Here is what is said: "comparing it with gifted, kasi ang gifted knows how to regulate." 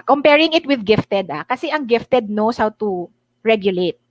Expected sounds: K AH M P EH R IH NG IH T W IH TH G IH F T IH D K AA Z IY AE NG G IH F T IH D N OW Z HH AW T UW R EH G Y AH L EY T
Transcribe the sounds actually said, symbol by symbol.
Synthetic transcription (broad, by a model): K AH M P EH R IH NG IH T W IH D G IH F T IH D K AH S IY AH NG G IH F T IH D N OW S HH AW T UW R EH G Y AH L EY T